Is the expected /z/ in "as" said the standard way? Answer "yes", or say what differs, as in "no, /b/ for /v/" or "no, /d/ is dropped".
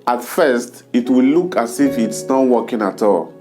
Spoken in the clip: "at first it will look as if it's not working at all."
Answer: no, /s/ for /z/